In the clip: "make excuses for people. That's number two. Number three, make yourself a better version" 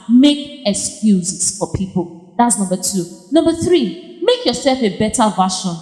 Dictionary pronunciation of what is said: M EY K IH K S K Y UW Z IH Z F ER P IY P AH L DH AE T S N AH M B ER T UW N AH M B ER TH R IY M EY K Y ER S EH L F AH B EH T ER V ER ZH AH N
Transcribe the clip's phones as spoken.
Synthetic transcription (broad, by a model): M EY K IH K S K Y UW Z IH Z F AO P IY P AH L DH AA T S N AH M B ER T UW N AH M B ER TH R IY M EY K Y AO S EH L F AH B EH T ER V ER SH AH N